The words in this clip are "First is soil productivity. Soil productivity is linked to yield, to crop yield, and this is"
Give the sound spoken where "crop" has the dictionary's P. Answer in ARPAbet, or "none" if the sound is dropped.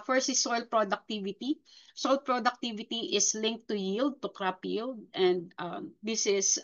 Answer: P